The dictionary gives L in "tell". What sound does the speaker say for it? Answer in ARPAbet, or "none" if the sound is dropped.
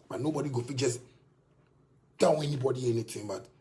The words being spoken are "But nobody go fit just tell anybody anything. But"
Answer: W